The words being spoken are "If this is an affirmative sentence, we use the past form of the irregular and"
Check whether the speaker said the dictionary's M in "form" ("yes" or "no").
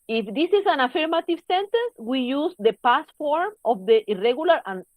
yes